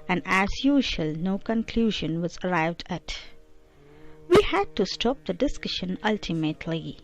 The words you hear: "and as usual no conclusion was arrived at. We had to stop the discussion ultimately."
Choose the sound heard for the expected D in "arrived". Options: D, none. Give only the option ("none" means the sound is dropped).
D